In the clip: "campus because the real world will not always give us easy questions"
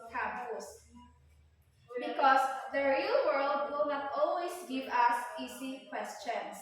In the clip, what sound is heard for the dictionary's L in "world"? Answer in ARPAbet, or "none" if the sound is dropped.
L